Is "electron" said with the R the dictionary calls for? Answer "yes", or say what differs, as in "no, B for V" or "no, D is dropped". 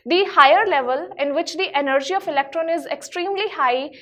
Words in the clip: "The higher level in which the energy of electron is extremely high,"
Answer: yes